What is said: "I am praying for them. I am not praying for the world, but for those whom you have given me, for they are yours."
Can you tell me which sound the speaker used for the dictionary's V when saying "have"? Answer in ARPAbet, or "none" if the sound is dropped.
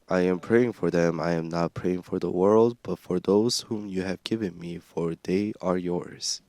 V